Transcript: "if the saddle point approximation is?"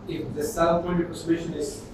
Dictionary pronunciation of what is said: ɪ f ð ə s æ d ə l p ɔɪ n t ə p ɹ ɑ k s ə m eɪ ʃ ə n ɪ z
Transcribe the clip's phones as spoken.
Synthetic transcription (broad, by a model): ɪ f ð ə s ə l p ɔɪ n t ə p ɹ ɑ s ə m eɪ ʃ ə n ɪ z